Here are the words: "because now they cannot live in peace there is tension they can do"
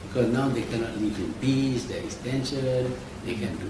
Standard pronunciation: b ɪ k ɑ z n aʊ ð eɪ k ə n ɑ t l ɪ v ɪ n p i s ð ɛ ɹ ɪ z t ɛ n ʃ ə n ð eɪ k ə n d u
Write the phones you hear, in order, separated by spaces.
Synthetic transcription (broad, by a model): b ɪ k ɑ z n aʊ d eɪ k ə n ɑ t l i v ɪ n b i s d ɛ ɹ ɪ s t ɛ n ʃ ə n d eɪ k ə n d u